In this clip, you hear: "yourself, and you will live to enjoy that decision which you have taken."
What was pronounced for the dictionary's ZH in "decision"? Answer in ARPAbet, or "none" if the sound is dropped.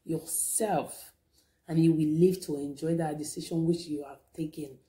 SH